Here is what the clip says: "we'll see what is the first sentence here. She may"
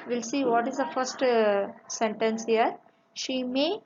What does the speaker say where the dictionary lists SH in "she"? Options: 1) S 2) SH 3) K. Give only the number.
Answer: 2